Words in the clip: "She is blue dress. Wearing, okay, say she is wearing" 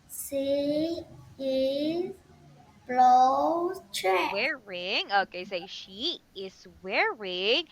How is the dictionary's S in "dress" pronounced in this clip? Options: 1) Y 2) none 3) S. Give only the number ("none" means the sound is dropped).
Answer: 2